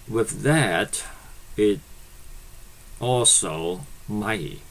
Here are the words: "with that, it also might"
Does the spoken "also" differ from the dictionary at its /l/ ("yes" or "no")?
no